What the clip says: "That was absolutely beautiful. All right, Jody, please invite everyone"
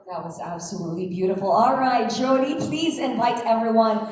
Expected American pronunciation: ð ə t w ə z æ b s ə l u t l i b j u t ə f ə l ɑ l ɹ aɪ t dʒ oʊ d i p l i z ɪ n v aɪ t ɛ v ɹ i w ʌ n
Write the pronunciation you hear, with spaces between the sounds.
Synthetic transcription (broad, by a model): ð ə t w ə z æ b s ə l u t l i b j u t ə f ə l ɑ l ɹ aɪ t dʒ oʊ d i p l i z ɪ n v aɪ t ɛ v ɹ i w ʌ n